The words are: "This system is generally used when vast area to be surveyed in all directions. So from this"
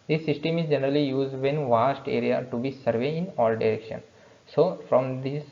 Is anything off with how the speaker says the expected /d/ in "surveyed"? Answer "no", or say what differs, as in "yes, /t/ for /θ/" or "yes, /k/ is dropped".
yes, /d/ is dropped